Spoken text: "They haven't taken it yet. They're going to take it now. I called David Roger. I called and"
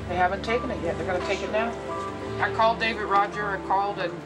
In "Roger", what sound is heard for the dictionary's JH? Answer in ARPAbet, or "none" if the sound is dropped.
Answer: JH